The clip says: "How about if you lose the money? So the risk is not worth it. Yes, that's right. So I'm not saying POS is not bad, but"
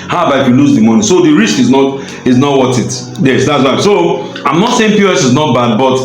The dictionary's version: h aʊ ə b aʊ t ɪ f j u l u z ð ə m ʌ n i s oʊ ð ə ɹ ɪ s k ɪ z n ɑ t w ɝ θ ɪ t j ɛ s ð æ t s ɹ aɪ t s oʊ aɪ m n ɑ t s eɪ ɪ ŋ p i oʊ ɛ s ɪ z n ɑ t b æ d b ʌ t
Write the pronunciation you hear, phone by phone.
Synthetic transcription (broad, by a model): h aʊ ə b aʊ ɪ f j u l u z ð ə m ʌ n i s oʊ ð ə ɹ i s k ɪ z n ɑ t w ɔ t ɪ t j ɛ s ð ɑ t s w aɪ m s oʊ aɪ m n ɑ t s eɪ ɪ ŋ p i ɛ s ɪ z n ɑ t b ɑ d b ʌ t